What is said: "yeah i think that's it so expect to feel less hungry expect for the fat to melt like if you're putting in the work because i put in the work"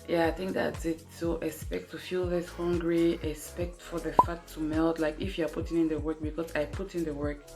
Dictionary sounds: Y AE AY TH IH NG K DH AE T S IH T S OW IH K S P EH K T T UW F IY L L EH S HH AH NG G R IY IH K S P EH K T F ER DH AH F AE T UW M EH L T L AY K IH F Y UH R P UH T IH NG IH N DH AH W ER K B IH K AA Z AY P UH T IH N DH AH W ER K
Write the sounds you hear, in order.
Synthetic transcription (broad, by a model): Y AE AY TH IH NG K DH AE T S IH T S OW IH S P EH K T T UW F IY L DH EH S HH AH NG G R IY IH S P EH K T F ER DH AH F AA T UW M EH L T L AY K IH F Y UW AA P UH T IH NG IH N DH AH W ER K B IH K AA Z AY P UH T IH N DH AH W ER K